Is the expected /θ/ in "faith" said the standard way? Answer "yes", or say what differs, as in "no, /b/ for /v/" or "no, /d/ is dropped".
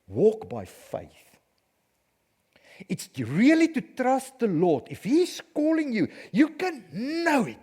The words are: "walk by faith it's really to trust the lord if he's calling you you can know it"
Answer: yes